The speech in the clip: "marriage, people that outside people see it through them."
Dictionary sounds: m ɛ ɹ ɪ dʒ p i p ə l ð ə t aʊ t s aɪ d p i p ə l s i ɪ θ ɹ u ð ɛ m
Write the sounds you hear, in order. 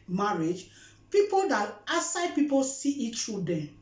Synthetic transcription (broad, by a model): m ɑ ɹ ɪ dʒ p i p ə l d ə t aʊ s aɪ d p i p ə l s i ɪ t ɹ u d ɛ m